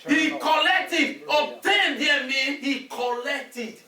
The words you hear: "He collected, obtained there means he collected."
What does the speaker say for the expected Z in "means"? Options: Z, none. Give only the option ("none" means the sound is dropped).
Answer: none